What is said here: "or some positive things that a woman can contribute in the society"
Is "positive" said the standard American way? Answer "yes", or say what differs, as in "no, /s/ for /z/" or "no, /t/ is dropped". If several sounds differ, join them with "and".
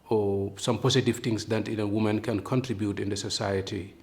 no, /s/ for /z/